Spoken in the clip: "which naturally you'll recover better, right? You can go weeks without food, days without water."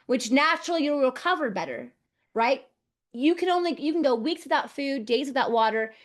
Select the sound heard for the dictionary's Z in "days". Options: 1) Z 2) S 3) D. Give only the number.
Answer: 1